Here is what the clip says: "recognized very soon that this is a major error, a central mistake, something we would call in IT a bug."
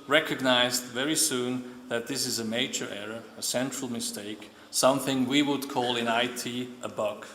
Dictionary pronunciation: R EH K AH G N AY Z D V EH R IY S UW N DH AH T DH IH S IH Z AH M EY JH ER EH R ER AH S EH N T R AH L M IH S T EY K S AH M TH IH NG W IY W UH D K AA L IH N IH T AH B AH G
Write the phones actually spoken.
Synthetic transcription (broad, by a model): R EH K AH G N AY Z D V EH R IY S UW N DH AH T DH IH S IH Z AH M EY JH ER EH R ER AH S EH N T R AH L M IH S T EY K S AH M TH IH NG W IY W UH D K AA L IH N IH T AH B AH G